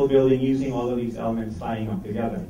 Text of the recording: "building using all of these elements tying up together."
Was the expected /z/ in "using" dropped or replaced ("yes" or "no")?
no